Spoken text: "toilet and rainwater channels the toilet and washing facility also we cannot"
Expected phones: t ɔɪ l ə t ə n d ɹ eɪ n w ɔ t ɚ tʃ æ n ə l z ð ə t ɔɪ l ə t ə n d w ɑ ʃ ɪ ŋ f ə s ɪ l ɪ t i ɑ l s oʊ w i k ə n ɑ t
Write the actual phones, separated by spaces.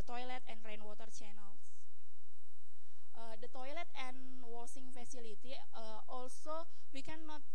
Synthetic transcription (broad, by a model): t ɔɪ l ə t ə n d ɹ eɪ n w ɔ t ɚ tʃ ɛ n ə l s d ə t ɔɪ l ə t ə n w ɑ s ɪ ŋ f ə s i l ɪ t i ɑ l s oʊ w i k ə n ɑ t